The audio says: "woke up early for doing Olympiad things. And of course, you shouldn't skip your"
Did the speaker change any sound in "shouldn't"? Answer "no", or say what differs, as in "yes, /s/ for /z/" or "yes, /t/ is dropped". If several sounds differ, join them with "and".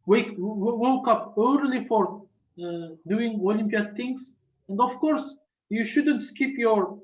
no